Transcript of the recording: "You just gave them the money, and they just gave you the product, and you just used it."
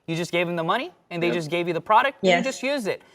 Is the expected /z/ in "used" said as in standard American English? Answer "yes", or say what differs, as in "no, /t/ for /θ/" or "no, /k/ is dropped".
yes